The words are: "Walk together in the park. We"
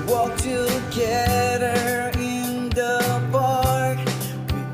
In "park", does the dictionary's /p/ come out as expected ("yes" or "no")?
no